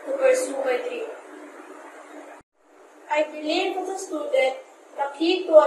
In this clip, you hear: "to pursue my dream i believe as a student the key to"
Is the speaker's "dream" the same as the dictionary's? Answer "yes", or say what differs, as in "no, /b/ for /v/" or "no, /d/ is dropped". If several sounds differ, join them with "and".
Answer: no, /m/ is dropped